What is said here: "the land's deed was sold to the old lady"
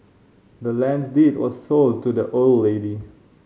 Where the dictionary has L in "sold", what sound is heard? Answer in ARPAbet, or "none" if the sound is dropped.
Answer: L